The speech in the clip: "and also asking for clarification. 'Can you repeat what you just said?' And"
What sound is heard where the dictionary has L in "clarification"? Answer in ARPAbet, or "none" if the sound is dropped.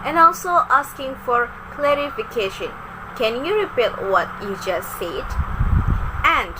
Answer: L